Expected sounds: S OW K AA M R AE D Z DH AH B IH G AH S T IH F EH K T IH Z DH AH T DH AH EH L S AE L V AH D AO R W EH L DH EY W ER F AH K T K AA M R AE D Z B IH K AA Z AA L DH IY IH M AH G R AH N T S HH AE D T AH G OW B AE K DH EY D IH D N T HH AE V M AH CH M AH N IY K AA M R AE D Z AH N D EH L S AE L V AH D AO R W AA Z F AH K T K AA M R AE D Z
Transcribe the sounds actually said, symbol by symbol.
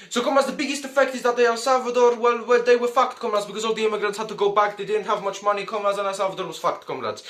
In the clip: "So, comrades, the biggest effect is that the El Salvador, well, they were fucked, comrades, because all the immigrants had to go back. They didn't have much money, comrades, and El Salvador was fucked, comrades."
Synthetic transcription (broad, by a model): S OW K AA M AA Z DH AH B IH G AH S T IH F EH K T IH Z DH AH T DH AH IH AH S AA L V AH D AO R W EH L DH EY W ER F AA K T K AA M L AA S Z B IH K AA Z AA L DH IY IH M AH G R AH N T S HH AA D T AH G OW B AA K DH EY D IH D N T HH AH V M AH CH M AH N IY K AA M AH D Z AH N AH S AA L V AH D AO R W AA Z F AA K T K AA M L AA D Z